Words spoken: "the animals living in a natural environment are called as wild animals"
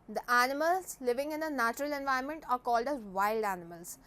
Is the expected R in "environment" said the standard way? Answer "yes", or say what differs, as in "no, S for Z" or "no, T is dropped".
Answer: no, R is dropped